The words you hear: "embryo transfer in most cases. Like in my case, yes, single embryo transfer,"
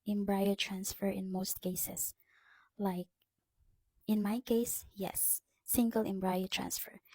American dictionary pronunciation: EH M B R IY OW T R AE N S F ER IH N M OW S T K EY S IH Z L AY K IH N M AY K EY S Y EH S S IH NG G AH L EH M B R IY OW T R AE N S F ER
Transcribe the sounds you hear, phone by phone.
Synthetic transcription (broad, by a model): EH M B R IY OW T R AE N S F ER IH N M OW S T K EY S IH S L AY K IH N M AY K EY S Y EH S S IH NG G AH L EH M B R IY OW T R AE N S F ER